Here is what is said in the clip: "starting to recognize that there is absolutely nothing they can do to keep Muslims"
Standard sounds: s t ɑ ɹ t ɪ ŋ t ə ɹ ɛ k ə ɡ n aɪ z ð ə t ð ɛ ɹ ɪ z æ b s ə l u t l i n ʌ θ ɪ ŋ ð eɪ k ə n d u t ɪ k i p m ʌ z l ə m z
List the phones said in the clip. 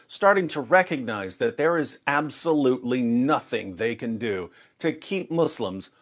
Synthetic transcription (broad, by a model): s t ɑ ɹ t ɪ ŋ t ə ɹ ɛ k ə ɡ n aɪ z ð ə t ð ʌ ɹ ɪ z æ b s ə l u t l i n ʌ θ ɪ ŋ ð eɪ k ə n d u t ɪ k i p m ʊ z l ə m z